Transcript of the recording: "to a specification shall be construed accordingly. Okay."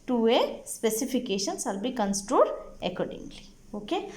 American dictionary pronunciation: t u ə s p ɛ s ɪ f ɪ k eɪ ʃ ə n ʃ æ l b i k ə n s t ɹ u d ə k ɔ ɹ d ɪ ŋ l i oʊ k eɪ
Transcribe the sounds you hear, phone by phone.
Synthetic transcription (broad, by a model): t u ə s p ɛ s ɪ f ɪ k eɪ ʃ ə n s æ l b i k ə n s t ɹ u d ə k ɔ ɹ d ɪ ŋ l i oʊ k eɪ